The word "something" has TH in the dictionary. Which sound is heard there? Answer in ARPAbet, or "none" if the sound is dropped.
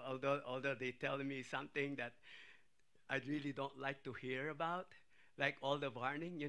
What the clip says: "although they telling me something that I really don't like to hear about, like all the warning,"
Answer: T